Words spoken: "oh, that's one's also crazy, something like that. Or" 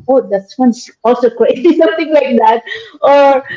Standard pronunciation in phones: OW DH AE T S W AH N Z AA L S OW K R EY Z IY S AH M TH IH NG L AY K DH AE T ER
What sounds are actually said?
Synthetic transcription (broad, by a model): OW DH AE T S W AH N S AA L S OW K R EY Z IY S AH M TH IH NG L AY K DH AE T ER